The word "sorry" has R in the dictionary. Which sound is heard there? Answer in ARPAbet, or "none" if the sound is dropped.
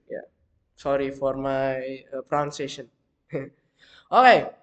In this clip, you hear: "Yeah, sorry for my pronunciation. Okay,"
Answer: R